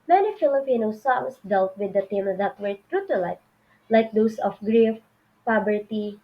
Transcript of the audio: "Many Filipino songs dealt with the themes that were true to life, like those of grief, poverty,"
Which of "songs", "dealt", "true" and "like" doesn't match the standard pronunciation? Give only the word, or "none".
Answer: songs